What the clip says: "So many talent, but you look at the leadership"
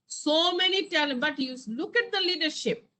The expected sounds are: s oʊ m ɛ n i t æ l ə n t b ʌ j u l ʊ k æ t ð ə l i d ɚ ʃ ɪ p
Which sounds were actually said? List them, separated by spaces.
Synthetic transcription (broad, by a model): s oʊ m ɛ n i t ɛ l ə t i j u l ʊ k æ t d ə l i d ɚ ʃ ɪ p